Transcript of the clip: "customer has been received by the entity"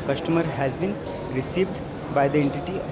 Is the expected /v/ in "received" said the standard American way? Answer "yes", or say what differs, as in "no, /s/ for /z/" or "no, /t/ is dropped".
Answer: yes